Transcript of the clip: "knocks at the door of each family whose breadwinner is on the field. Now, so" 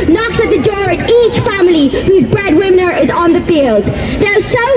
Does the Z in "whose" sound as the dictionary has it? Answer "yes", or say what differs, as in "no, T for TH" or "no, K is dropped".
yes